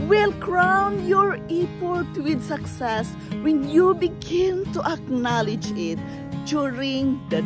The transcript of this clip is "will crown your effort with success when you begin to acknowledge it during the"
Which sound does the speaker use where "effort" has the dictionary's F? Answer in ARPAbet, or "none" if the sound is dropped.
P